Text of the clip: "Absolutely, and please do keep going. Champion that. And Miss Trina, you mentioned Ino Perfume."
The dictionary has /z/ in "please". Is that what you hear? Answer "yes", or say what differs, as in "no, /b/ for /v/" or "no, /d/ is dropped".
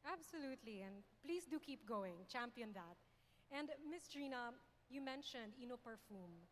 no, /s/ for /z/